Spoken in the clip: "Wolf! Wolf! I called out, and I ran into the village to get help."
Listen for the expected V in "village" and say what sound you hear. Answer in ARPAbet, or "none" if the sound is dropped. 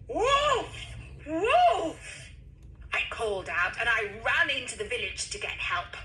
V